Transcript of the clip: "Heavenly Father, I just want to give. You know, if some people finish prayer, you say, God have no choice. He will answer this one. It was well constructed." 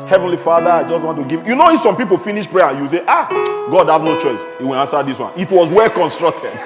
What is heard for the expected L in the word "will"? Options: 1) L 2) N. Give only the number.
2